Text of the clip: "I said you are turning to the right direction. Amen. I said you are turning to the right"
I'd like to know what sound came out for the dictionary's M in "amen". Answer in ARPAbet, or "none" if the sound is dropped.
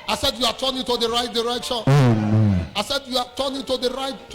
none